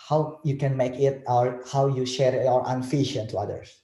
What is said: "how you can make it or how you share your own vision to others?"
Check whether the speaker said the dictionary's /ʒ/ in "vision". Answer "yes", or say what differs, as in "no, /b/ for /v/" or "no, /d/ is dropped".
no, /ʃ/ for /ʒ/